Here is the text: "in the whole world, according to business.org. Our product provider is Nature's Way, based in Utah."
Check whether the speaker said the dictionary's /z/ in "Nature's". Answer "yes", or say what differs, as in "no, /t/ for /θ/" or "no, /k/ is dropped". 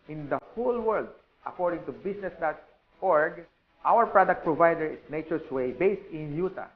no, /s/ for /z/